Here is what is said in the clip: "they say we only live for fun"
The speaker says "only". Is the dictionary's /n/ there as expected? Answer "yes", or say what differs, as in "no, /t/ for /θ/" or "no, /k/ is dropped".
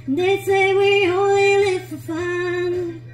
no, /n/ is dropped